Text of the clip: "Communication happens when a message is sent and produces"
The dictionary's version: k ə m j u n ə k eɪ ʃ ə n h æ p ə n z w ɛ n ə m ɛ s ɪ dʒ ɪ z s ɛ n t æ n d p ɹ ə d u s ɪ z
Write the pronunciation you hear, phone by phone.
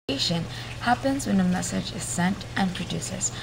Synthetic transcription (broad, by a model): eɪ ʃ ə n h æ p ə n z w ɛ n ə m ɛ s ɪ dʒ ɪ z s ɛ n t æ n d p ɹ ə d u s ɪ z